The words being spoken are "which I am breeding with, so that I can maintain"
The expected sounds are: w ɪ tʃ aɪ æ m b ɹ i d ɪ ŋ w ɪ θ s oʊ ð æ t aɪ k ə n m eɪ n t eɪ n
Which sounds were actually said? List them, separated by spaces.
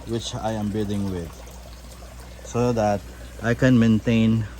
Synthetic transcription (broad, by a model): w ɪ tʃ aɪ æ m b i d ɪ ŋ w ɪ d s oʊ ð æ t aɪ k ə n m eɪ n t eɪ n